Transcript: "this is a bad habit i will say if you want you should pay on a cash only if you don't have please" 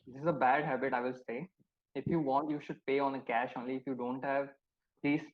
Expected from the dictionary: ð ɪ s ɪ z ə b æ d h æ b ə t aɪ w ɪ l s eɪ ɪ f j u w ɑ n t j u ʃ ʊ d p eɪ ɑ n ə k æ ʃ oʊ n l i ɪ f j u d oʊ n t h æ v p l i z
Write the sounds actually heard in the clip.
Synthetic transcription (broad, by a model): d ɪ s ɪ z ə b æ d h æ b ə t aɪ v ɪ l s eɪ ɪ f j u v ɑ n t j u ʃ ʊ d p eɪ ɑ n ə k æ ʃ oʊ n l i ɪ f j u d oʊ n t h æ v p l i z